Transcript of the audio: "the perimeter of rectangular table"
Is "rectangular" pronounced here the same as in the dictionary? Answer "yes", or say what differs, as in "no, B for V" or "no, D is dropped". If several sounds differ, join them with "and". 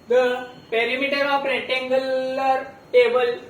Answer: no, K is dropped